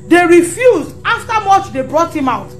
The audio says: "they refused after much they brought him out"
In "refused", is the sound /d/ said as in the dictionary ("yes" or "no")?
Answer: yes